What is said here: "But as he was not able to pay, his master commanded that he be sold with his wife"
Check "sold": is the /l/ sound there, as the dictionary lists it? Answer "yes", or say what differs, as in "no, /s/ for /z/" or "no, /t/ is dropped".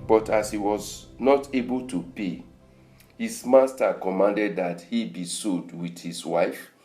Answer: no, /l/ is dropped